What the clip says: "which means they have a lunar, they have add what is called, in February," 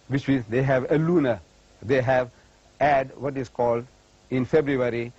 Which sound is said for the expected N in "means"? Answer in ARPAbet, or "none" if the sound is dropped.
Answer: none